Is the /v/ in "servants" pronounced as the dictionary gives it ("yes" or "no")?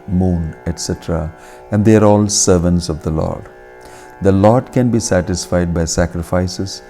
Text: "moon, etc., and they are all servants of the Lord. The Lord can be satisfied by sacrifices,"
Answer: yes